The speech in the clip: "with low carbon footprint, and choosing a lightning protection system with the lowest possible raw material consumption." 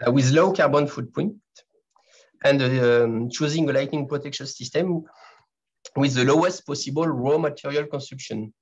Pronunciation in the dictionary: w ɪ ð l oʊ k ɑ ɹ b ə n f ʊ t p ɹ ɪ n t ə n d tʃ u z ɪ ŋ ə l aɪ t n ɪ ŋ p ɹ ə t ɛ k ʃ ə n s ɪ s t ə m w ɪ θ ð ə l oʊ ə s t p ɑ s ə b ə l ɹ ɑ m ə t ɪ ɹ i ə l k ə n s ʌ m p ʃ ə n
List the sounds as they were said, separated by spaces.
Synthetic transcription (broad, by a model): w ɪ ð l oʊ k ɑ ɹ b ə n f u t p ɔ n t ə n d tʃ u z ɪ ŋ ə l aɪ t n ɪ ŋ p ɹ ə t ɛ k ʃ ə n s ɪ s t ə m w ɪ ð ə l oʊ ə s t p ɑ s ə b ə l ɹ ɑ m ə t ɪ ɹ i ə l k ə n s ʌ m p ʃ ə n